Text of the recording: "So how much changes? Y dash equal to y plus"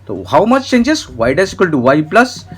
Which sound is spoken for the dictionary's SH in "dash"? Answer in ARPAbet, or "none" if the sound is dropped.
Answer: S